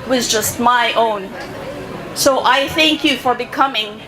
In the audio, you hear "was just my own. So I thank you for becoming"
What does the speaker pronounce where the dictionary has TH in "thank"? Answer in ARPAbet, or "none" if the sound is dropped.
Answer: TH